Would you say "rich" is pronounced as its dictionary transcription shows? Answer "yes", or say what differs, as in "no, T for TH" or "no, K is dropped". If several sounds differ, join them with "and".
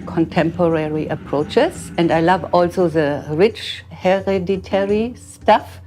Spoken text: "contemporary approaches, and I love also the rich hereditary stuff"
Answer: yes